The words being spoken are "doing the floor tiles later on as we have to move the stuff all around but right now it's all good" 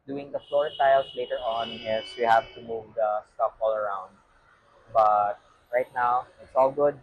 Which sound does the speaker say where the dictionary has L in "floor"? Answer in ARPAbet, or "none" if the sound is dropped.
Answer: L